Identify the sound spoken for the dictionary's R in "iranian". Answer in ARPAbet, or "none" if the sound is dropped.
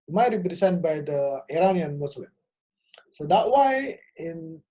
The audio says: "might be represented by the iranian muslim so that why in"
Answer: R